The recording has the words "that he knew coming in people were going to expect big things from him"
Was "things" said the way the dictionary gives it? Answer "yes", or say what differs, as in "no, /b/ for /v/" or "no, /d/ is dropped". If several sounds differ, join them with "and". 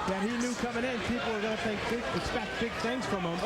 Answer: yes